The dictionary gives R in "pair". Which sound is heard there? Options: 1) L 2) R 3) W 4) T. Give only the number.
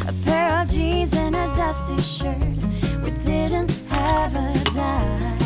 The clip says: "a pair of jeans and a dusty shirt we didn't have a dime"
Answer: 2